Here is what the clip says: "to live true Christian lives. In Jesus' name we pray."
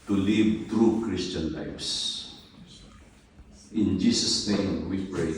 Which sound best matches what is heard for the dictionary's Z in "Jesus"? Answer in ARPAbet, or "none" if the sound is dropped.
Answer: S